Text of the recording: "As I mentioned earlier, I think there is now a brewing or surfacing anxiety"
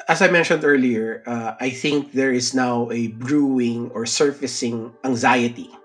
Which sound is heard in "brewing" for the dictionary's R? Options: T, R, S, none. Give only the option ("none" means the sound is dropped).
R